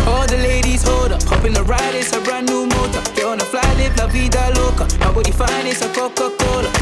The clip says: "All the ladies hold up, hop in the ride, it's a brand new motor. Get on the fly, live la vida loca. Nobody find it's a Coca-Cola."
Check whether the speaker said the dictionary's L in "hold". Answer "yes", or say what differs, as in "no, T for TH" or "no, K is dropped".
no, L is dropped